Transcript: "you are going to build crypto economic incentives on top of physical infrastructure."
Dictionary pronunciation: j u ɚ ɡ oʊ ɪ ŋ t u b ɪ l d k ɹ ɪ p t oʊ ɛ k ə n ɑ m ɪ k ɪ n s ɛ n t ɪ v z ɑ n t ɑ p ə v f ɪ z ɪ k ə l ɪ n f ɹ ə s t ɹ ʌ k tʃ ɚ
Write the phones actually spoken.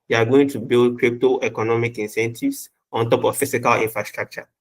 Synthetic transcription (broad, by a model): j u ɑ ɡ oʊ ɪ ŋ t u b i l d k ɹ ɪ p t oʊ ɛ k ə n ɑ m ɪ k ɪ n s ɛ n t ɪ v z ɑ n t ɑ p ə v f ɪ s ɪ k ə l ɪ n f ɹ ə s t ɹ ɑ k tʃ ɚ